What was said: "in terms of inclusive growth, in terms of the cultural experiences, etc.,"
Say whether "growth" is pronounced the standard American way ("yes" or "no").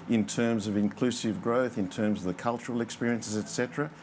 yes